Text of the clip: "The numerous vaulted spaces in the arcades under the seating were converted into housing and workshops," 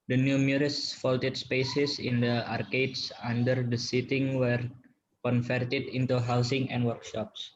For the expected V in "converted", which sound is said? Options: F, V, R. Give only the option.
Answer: F